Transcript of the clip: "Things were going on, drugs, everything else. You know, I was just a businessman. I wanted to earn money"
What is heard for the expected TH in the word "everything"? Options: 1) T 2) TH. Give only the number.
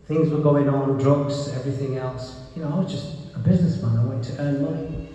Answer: 2